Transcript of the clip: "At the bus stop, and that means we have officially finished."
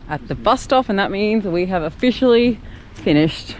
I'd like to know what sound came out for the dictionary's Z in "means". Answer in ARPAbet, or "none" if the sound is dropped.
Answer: Z